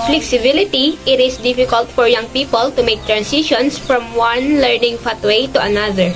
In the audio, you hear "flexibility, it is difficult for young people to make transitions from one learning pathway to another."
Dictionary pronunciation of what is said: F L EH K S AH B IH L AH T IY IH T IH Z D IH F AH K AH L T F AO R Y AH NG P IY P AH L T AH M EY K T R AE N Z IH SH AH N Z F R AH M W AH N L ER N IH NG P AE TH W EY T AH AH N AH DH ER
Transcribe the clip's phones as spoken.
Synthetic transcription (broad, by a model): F L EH K S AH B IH L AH T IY IH T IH S D IH F AH K AH L T F AO R Y AH NG P IY P AH L T AH M EY K T R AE N S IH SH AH N S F R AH M W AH N L ER N IH NG F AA T W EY T AH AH N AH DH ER